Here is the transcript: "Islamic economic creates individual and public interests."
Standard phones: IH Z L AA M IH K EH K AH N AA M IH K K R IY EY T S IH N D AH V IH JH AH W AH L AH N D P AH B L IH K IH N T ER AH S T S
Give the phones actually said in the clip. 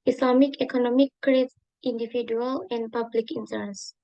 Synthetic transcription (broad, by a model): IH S L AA M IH K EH K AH N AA M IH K K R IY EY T IH N D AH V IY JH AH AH L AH N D P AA B L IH K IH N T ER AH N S